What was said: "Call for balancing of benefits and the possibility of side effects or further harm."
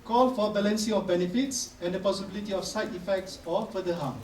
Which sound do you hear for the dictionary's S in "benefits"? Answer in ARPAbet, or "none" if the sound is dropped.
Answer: S